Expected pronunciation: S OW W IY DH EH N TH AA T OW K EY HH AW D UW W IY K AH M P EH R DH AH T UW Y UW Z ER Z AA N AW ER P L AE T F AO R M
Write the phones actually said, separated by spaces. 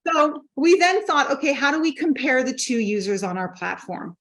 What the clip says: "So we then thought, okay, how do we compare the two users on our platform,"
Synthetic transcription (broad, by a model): S OW W IY DH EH N TH AA T OW K EY HH AW D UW W IY K AH M P EH R DH AH T UW Y UW Z ER Z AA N AW ER P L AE T F AO R M